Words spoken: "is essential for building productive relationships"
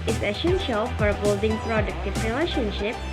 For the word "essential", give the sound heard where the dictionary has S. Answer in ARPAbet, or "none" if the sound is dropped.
SH